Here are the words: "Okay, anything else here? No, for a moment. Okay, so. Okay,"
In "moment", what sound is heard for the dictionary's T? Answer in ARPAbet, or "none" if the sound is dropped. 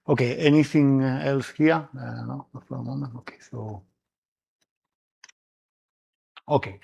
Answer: none